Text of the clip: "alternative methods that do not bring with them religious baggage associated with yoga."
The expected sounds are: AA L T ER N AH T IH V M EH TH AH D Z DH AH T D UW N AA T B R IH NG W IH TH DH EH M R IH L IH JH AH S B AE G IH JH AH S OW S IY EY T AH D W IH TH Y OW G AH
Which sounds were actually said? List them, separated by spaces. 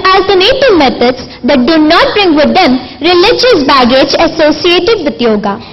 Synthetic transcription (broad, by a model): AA L T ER N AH T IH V M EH T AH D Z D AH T D UW N AA T B R IH NG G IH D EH M R IH L IH JH AH S B AE G IH JH AH S OW S IY EY T AH D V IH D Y OW G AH